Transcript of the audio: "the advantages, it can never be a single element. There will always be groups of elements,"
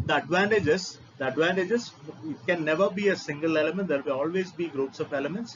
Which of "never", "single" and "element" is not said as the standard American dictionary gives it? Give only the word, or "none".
none